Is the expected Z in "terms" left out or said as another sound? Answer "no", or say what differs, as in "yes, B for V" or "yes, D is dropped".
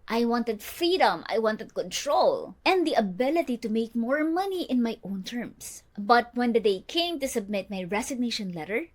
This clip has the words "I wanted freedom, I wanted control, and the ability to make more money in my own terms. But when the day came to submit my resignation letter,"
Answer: yes, S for Z